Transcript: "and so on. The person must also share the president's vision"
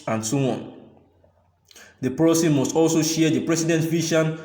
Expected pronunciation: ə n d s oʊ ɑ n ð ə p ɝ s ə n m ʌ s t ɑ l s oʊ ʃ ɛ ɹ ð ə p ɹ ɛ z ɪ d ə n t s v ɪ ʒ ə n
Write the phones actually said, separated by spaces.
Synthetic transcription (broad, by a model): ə n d s oʊ ɑ n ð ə p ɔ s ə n m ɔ s t ɑ l s oʊ ʃ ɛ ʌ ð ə p ɹ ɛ s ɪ d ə n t v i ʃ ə n